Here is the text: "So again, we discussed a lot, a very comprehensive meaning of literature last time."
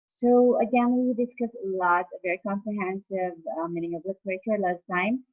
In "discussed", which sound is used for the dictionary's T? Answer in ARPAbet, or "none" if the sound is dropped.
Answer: none